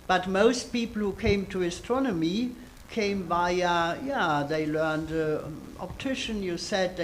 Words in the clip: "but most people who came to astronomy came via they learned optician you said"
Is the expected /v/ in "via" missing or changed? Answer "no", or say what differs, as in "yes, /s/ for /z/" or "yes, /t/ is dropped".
yes, /b/ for /v/